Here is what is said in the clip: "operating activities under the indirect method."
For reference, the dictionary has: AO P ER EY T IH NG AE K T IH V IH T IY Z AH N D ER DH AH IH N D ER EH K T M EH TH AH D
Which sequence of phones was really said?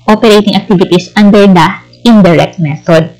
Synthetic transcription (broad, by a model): AO P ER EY T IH NG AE K T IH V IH T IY S AH N D ER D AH IH N D ER EH K T M EH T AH D